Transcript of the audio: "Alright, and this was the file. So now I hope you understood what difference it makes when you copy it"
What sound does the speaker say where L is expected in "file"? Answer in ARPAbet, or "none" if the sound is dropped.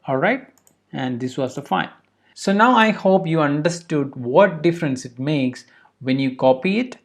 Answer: N